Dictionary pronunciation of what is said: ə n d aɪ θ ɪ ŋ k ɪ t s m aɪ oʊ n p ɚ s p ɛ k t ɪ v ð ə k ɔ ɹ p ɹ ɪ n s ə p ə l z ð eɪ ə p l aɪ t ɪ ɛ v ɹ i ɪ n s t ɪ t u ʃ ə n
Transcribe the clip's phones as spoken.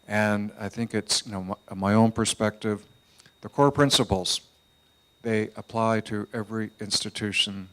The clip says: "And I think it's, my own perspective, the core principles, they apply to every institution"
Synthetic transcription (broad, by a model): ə n aɪ θ ɪ ŋ k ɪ t s m aɪ oʊ n p ɚ s p ɛ k t ɪ v ð ə k ɔ ɹ p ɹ ɪ n s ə p l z ð eɪ ə p l aɪ t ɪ ɛ v ɹ i ɪ n s t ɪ t u ʃ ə n